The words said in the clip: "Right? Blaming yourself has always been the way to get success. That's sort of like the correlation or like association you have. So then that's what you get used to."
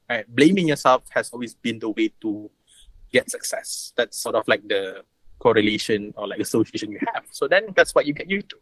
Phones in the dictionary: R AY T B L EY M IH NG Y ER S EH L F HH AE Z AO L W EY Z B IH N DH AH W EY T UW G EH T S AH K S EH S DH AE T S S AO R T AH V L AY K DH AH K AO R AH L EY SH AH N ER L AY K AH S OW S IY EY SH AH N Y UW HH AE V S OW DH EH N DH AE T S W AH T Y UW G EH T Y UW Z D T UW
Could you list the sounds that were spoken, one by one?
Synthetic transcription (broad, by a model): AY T B L EY M IH NG Y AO S EH L F HH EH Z AO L W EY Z B IH N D AH W EY T UW G EH T S AH K S EH S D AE T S S AO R T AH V L AY K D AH K AO R AH L EY SH AH N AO L AY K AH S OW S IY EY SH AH N Y UW HH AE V S OW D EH N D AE T S W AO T Y UW G EH T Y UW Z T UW